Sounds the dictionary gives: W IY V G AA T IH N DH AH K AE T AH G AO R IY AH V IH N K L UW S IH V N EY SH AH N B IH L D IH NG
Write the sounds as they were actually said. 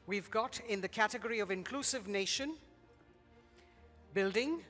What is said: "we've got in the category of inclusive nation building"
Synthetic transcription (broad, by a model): W IY V G AA T IH N DH AH K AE T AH G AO R IY AH V IH N K L UW S IH V N EY SH AH N B IH L D IH NG